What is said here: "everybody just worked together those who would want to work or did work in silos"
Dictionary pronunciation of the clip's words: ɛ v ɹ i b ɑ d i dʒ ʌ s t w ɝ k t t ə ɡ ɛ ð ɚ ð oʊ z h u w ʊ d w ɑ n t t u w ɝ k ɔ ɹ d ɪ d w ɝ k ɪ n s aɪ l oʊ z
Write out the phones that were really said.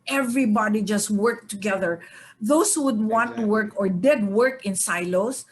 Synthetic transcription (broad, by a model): ɛ v ɹ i b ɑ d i dʒ ʌ s t w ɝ k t t ə ɡ ɛ ð ɚ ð oʊ s h u w ʊ d w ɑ n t t u w ɝ k ɔ ɹ d ɪ d w ɝ k ɪ n s aɪ l oʊ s